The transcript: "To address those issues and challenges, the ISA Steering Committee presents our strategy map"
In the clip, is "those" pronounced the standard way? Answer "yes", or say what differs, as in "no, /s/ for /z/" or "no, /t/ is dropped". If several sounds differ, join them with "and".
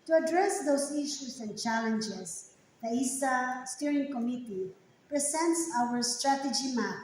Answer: no, /s/ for /z/